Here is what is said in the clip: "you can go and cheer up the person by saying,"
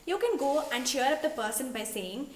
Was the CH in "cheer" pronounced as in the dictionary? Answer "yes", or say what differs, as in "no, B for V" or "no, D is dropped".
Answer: no, SH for CH